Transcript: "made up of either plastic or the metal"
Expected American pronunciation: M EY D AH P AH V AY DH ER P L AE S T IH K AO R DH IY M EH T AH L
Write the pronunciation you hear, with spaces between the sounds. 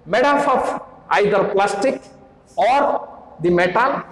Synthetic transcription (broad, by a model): M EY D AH F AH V AY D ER P L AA S T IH K AO R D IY M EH T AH L